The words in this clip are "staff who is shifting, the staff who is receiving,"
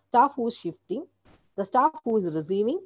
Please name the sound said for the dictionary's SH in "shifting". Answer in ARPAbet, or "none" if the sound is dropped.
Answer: SH